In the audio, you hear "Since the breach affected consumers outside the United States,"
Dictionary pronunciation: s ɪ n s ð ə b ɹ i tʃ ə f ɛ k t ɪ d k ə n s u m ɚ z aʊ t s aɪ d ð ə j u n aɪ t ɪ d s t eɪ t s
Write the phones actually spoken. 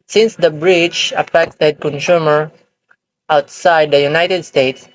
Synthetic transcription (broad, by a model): s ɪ n s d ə b ɹ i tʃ ə f ɛ k t ɪ d k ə n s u m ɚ aʊ t s aɪ d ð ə j u n aɪ t ɪ d s t eɪ t s